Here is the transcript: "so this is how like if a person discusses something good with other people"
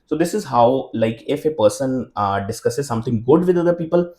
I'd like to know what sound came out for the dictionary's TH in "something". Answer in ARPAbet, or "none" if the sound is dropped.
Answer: T